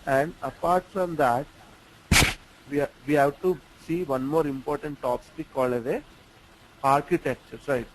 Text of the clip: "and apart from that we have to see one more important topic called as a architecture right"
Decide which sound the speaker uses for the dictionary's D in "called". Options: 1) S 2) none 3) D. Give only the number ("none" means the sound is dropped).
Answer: 2